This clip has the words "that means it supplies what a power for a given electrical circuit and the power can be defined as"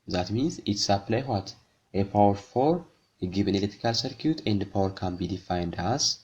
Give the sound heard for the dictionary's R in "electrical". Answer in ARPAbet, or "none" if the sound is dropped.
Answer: none